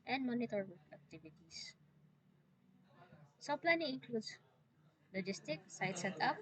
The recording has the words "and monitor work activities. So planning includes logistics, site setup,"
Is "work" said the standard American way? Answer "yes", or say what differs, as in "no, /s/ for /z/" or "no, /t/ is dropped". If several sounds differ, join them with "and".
no, /k/ is dropped